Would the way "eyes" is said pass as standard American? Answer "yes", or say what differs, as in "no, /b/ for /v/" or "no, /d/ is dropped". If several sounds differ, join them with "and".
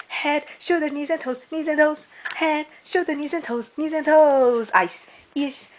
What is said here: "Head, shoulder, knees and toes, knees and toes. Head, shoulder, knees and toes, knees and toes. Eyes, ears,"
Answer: no, /s/ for /z/